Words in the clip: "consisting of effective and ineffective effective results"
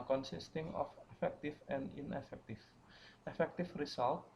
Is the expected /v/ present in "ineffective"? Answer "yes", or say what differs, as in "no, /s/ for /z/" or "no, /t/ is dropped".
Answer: no, /f/ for /v/